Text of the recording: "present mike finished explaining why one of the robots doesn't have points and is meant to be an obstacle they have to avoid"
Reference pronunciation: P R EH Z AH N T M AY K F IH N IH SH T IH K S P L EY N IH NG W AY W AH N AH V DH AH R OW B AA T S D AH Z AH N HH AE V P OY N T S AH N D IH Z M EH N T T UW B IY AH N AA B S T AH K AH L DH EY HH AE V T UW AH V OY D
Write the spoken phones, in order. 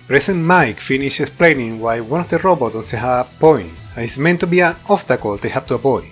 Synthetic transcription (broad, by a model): P R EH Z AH N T M AY K F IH N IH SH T IH K S P L EY N IH NG W AY W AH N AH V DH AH R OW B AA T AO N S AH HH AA P OY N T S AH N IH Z M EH N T T UW B IY AH N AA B S T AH K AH L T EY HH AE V T UW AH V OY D